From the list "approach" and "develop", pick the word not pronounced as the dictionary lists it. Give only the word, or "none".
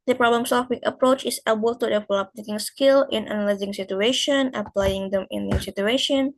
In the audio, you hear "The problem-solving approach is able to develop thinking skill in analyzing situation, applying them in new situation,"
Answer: develop